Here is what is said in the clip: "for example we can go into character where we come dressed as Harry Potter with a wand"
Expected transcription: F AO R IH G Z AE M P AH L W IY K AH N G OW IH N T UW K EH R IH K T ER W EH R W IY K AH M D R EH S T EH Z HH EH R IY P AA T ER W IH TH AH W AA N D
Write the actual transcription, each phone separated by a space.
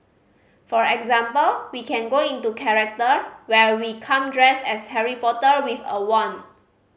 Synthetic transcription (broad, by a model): F AO R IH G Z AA M P AH L W IY K AH N G OW IH N T UW K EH R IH K T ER W EH R W IY K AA M D R EH S EH S HH EH R IY P AA T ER W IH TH AH W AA N